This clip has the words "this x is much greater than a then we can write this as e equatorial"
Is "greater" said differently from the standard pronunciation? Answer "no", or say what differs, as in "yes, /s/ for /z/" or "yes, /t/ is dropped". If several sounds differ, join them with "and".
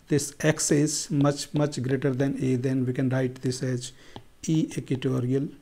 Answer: no